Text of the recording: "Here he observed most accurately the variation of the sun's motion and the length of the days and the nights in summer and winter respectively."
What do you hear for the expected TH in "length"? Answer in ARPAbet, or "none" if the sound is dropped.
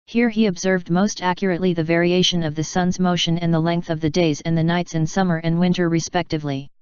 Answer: TH